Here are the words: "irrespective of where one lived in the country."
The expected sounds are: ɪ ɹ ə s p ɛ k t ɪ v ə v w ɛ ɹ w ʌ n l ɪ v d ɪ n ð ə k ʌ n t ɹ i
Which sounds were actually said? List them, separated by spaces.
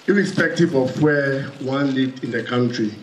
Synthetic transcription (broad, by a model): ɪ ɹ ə s p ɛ k t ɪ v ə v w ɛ w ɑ n l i d ɪ n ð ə k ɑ n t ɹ i